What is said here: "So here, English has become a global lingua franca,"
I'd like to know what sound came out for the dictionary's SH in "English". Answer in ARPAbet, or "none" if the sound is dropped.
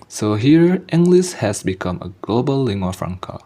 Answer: S